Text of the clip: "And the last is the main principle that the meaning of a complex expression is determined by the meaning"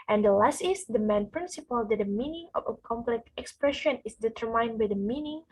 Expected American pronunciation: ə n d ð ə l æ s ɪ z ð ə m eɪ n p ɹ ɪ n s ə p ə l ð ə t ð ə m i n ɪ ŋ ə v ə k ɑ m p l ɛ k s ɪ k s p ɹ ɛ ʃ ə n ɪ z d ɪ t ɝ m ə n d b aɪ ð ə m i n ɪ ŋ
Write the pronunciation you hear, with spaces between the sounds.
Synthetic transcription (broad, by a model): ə n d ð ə l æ s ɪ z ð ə m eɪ n p ɹ ɪ n s ə p ə l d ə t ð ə m i n ɪ ŋ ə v ə k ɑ m p l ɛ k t ɪ k s p ɹ ɛ ʃ ə n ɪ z d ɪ t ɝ m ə n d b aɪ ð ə m i n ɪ ŋ